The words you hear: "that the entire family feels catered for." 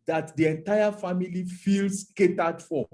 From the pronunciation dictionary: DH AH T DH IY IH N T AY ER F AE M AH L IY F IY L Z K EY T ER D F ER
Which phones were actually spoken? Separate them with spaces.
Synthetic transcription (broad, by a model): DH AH T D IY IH N T AY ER F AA M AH L IY F IY L S K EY T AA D F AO